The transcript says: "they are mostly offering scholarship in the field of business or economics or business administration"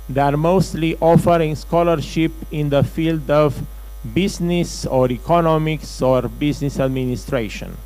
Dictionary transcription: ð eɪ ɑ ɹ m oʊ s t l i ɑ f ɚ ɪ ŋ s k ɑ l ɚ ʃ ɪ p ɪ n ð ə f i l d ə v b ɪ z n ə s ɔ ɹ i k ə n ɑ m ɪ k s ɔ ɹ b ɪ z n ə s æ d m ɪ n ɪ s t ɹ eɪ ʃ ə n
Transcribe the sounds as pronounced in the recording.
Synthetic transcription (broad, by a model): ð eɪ ɑ ɹ m oʊ s t l i ɑ f ɚ ɪ ŋ s k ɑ l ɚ ʃ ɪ p ɪ n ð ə f i l d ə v b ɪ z n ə s ɔ ɹ i k ə n ɑ m ɪ k s ɔ ɹ b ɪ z n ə s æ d m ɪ n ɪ s t ɹ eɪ ʃ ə n